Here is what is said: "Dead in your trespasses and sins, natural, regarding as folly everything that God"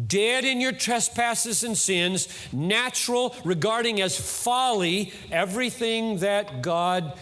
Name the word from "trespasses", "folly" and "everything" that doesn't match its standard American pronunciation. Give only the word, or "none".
none